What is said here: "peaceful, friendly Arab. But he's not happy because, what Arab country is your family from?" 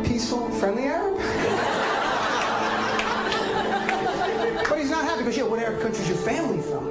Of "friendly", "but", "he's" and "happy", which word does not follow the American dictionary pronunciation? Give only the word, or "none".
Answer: none